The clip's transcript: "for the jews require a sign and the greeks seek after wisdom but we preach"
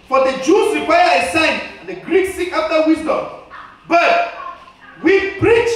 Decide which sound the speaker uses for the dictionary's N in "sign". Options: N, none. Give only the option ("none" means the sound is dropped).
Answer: none